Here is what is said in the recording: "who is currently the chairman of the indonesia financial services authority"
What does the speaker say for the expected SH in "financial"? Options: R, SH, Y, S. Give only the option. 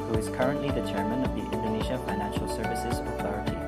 SH